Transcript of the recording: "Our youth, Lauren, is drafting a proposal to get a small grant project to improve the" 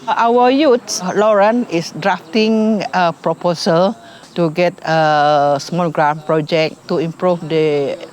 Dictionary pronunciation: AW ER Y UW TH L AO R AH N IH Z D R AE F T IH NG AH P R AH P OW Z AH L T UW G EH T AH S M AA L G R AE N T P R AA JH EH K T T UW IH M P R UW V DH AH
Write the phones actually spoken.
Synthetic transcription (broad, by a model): AW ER Y UW S L AO R AH N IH S D R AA F T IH NG AH P R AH P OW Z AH L T UW G EH T AH S M AA L G R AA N P R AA JH EH K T T UW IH M P R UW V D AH